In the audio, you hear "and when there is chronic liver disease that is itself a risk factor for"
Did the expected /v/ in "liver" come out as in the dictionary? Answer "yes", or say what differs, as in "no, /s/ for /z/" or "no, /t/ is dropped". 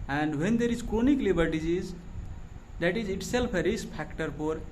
no, /b/ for /v/